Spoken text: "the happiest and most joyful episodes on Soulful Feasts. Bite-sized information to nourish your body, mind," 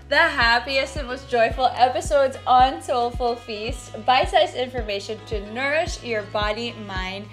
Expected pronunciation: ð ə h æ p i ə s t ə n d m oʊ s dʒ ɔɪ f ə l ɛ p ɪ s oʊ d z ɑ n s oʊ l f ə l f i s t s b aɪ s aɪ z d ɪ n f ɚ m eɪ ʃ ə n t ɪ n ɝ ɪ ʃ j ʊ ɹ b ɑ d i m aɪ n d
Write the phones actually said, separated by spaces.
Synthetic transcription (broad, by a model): ð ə h æ p i ə s t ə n m oʊ s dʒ ɔɪ f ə l ɛ p ɪ s oʊ d z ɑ n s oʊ l f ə l f i s t b aɪ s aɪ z ɪ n f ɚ m eɪ ʃ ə n t ɪ n ɝ ɪ ʃ j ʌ ɹ b ɑ d i m aɪ n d